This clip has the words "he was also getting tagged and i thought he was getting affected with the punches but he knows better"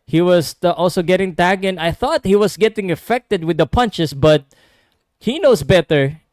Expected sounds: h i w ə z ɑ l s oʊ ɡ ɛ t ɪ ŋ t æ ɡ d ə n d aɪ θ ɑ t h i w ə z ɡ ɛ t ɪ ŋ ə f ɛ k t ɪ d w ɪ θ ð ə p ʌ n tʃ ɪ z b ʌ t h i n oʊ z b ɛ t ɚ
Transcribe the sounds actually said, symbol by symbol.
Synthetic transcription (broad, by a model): h i w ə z ɑ l s oʊ ɡ ɛ t ɪ ŋ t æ ɡ ə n aɪ θ ɑ t h i w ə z ɡ ɛ t ɪ ŋ ə f ɛ k t ɪ d w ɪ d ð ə p ʌ n tʃ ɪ s b ʌ t h i n oʊ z b ɛ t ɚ